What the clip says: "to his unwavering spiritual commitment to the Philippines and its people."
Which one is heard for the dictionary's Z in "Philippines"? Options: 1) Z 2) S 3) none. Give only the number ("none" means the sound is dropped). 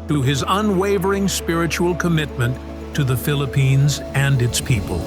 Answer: 1